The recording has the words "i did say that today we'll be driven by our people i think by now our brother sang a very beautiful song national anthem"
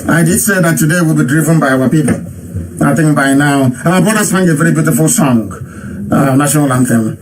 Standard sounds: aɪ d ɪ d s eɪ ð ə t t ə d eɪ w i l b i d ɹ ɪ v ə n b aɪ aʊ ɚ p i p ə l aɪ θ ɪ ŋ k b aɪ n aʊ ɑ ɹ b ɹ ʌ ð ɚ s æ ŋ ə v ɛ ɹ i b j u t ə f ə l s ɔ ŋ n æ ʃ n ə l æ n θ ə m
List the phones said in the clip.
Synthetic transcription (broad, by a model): aɪ d ɪ d s eɪ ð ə t t ə d eɪ w i l b i d ɹ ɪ v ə n b aɪ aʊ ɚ p i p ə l aɪ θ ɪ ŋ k b aɪ n aʊ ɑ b ɔ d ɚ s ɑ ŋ ə v ɛ ɹ i b j u t ə f ə l s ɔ ŋ n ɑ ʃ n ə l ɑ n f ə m